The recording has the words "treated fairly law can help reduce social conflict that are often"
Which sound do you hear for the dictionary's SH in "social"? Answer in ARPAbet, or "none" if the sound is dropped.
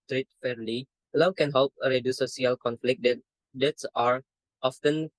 none